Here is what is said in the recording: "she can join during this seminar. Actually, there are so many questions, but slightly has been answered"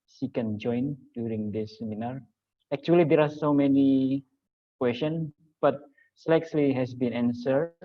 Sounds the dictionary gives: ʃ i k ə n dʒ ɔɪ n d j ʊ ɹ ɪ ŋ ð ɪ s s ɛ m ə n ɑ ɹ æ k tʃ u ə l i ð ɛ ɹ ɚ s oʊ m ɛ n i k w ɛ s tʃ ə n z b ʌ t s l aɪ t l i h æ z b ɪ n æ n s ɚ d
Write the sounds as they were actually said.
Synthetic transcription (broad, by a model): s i k ə n dʒ ɔɪ n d j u ɹ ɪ ŋ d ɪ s s ɛ m ə n ɑ ɹ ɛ k tʃ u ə l i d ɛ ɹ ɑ s oʊ m ɛ n i k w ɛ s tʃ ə n b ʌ t s l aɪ s l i h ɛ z b ɪ n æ n s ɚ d